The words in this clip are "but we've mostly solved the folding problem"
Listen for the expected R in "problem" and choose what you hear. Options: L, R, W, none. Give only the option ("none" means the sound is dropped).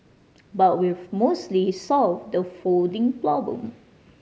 L